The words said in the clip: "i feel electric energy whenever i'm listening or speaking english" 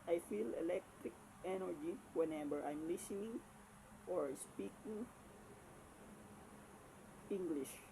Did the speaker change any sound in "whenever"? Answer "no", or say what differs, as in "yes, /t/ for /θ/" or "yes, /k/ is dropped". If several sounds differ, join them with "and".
yes, /b/ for /v/